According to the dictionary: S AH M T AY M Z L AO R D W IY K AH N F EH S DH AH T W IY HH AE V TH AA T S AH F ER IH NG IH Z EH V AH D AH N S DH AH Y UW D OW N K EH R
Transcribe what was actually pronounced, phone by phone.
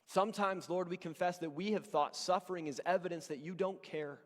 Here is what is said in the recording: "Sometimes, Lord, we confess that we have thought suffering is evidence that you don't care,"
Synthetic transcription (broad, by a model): S AH M T AY M Z L AO R D W IY K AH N F EH S DH AH T W IY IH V TH AA T S AH F ER IH NG IH Z EH V AH D AH N S DH AH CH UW D OW N K EH R